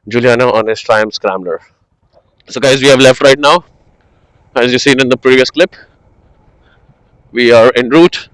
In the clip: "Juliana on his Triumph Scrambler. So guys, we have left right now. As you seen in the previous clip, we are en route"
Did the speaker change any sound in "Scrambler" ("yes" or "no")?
yes